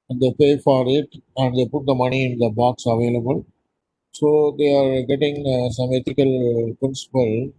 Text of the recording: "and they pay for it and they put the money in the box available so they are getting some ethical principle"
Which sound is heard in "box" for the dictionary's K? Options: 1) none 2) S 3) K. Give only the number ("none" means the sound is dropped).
3